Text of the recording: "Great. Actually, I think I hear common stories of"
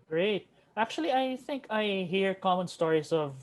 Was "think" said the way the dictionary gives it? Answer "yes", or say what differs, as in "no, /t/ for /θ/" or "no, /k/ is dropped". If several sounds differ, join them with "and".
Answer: yes